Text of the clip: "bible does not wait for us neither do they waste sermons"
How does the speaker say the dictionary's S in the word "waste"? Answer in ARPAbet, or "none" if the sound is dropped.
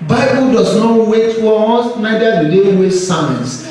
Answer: none